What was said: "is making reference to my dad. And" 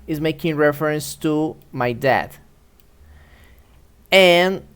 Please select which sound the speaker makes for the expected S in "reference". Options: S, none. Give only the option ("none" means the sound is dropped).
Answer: S